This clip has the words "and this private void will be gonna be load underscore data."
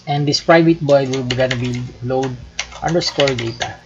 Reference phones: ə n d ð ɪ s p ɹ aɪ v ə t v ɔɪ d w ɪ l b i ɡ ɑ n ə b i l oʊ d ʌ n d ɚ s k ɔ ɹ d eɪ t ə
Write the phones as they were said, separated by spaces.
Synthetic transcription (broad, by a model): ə n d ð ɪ s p ɹ aɪ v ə t b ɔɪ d w ɪ l b i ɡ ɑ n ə b i l oʊ d ʌ n d ɚ s k ɔ ɹ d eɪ t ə